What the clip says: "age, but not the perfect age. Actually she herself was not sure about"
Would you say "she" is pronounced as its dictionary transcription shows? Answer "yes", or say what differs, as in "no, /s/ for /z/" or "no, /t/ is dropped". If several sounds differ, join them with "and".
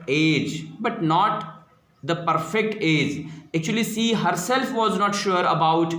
no, /s/ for /ʃ/